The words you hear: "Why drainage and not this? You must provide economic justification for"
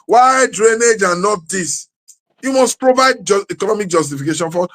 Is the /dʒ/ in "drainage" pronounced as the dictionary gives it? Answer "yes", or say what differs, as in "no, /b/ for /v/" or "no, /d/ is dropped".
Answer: yes